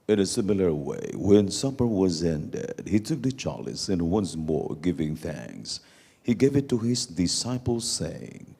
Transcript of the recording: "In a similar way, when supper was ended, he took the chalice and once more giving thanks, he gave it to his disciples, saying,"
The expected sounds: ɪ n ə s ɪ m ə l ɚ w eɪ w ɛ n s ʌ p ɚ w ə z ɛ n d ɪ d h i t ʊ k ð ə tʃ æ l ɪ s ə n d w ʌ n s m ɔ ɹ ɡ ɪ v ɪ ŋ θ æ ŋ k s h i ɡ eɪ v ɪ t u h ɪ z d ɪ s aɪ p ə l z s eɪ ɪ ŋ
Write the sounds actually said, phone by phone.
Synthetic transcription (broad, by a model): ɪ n ə s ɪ m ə l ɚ w eɪ w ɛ n s ʌ p ɚ w ə z ɛ n d ɪ d h i t ʊ k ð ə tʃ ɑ l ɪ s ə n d w ʌ n s m ɔ ɹ ɡ ɪ v ɪ ŋ θ æ ŋ k s h i ɡ eɪ v ɪ t u h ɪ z d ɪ s aɪ p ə l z s eɪ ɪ ŋ